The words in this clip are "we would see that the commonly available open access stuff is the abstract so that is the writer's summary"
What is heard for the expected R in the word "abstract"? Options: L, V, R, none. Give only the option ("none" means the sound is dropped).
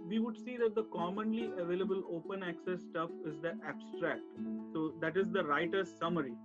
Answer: R